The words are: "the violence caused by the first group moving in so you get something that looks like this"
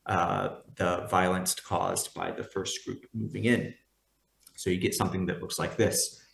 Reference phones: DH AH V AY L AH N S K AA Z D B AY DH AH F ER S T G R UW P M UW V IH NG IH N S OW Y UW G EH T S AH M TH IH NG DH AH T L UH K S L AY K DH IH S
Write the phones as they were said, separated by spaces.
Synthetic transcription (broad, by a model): DH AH V AY L AH N S K AA Z B AY DH AH F ER S T G R UW P M UW V IH NG IH N S OW Y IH G EH T S AH M TH IH NG DH AH T L UH K S L AY K DH IH S